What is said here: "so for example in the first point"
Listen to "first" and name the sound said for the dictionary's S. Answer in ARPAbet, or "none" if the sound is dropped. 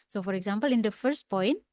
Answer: S